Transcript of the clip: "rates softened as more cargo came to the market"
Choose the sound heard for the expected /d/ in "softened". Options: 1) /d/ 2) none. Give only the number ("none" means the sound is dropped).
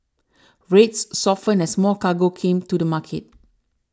2